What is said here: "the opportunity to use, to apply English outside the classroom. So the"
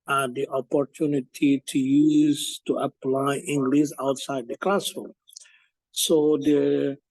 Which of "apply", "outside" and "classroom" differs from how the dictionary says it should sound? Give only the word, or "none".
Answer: classroom